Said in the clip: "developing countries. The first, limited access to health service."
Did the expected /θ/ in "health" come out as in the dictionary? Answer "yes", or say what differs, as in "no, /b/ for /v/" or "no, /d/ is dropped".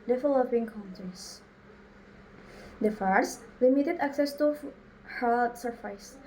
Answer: no, /t/ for /θ/